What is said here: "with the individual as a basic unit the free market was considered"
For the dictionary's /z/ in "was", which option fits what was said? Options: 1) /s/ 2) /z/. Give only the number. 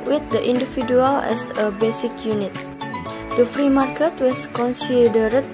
1